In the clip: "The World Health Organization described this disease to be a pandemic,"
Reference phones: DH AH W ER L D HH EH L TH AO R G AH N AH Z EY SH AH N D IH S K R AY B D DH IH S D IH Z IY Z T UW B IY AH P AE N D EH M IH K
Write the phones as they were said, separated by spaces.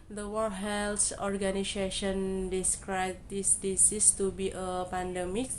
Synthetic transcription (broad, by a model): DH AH W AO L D HH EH L S AO R G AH N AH S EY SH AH N D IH S K R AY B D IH S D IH S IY S T UW B IY AH P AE N D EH M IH K